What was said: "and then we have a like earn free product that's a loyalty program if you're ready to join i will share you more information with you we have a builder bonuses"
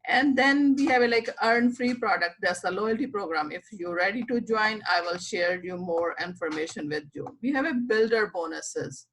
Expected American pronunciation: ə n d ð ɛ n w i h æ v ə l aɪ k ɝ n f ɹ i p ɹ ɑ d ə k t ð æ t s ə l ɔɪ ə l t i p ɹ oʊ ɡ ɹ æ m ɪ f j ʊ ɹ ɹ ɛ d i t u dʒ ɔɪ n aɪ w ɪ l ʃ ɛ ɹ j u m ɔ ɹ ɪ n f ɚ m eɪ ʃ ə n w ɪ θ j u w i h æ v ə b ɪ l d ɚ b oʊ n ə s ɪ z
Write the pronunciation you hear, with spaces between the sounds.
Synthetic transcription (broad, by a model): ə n d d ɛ n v i h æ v ə l aɪ k ɝ n f ɹ i p ɹ ɑ d ə k t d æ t s ə l ɔɪ ə l t i p ɹ oʊ ɡ ɹ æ m ɪ f j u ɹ ɹ ɛ d i t u dʒ ɔɪ n aɪ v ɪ l ʃ ɛ ɹ j u m ɔ ɹ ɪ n f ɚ m eɪ ʃ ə n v ɪ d j u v i h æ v ə b ɪ l d ɚ b oʊ n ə s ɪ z